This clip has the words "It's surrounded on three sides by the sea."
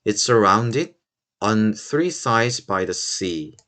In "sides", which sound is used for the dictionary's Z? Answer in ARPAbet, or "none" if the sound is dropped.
Z